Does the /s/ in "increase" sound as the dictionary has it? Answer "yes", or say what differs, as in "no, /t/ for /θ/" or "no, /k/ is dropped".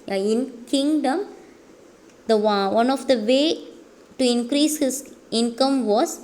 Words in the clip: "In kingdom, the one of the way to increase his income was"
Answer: yes